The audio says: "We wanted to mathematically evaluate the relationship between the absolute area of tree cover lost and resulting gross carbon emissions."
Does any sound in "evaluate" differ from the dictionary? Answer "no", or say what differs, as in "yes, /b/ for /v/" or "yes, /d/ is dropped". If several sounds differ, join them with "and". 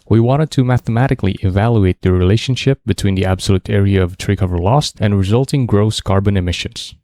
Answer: no